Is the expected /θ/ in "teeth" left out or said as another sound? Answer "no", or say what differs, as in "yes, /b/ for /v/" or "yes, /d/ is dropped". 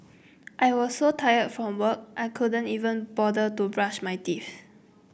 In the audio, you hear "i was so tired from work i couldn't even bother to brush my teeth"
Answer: yes, /f/ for /θ/